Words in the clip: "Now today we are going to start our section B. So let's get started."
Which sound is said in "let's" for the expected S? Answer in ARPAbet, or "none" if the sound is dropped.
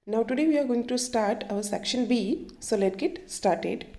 none